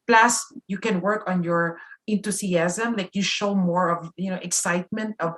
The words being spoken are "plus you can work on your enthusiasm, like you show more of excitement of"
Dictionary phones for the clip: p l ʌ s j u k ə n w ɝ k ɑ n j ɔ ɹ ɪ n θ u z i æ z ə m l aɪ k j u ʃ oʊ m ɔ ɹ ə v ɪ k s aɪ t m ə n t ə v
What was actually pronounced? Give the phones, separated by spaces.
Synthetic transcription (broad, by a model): p l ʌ s j u k ə n w ɝ k ɑ n j ɔ ɹ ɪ n t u s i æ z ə m l aɪ k j u ʃ oʊ m ɔ ɹ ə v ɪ k s aɪ t m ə n t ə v